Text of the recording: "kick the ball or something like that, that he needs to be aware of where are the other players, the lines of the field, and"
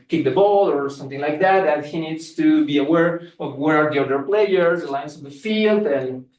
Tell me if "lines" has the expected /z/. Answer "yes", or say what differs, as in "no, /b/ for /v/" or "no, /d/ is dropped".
no, /s/ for /z/